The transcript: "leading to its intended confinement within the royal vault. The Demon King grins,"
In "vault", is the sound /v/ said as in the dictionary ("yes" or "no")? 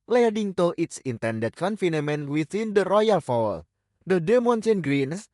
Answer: no